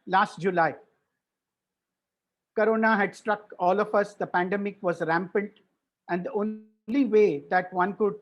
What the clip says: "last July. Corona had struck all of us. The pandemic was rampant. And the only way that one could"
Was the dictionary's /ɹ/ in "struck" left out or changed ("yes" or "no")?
no